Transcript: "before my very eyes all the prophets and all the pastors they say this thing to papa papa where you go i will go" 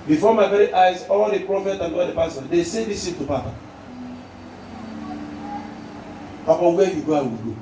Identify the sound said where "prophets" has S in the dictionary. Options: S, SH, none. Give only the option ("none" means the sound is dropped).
none